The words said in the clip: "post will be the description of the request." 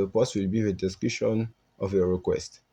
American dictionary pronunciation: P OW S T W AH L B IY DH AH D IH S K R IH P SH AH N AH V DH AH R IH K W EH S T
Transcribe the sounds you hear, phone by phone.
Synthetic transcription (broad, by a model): P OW S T W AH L B IY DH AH D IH S K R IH SH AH N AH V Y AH R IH K W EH S T